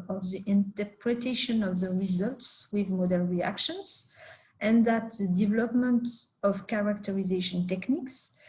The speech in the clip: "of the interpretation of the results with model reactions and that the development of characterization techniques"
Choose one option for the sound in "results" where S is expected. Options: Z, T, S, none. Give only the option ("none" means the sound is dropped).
S